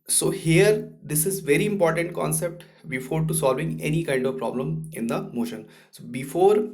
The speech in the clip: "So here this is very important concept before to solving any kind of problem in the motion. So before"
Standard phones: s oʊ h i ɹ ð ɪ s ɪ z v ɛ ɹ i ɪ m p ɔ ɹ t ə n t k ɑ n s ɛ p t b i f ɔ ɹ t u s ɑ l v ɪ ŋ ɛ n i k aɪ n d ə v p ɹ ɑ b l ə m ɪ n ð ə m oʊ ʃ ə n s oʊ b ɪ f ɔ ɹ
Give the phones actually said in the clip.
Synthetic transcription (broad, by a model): s oʊ h i ɹ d ɪ s ɪ z v ɛ ɹ i ɪ m p ɔ ɹ t ə n t k ɑ n s ɛ p t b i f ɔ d t u s ɑ l v ɪ ŋ ɛ n i k aɪ n d ə v p ɹ ɑ b l ə m ɪ n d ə m oʊ ʃ ə n s oʊ b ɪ f ɔ ɹ